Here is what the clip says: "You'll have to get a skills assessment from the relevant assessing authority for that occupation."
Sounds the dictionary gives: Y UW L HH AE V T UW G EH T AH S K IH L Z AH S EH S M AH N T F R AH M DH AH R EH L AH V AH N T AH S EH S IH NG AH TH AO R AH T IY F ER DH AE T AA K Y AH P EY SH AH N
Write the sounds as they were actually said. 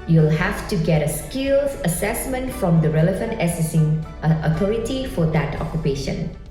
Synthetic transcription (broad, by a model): Y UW L HH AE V T UW G EH T AH S K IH L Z AH S EH S M AH N T F R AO M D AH R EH L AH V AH N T AH S EH S IH NG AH T AO R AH T IY F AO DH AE T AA K Y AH P EY SH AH N